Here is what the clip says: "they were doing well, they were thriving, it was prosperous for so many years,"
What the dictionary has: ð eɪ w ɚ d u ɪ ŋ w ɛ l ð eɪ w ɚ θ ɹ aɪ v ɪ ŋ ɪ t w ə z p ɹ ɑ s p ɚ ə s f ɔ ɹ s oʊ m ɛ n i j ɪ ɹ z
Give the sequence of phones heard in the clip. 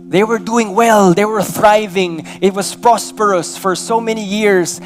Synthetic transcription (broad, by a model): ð eɪ w ɚ d u ɪ ŋ w ɛ l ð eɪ w ɚ θ ɹ aɪ v ɪ ŋ ɪ t w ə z p ɹ ɑ s p ɚ ə s f ɔ ɹ s oʊ m ɛ n i j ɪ ɹ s